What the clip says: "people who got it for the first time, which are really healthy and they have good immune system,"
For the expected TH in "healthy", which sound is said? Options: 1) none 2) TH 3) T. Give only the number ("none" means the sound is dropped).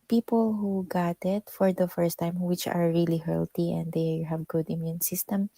3